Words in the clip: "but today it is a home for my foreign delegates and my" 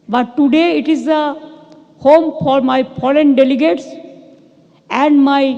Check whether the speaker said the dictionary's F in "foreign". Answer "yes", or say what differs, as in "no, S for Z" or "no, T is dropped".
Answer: no, P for F